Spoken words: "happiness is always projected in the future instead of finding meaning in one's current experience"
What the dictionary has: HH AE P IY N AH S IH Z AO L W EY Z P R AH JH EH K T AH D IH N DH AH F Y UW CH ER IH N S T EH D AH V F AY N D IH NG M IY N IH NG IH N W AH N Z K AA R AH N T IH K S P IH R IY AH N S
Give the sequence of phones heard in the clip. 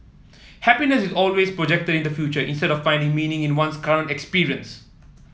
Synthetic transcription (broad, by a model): HH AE P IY N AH S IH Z AO L W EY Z P R AH JH EH K T AH D IH N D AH F Y UW CH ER IH N S T EH D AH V F AY N D IH NG M IY N IH NG IH N W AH N S K AA R AH N T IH K S P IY R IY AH N S